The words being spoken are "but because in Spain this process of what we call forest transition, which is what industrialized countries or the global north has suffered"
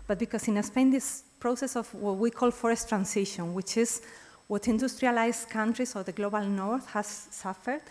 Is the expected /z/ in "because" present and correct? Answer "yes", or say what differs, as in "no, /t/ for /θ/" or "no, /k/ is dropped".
no, /s/ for /z/